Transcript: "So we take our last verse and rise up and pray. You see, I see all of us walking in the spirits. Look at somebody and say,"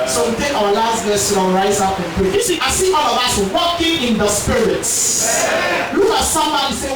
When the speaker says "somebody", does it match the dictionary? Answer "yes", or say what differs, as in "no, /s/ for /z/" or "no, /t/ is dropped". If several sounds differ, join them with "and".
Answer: no, /b/ is dropped